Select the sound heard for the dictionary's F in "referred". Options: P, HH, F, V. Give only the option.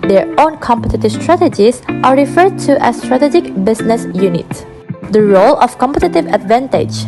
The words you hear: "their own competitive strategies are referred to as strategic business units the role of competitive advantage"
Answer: F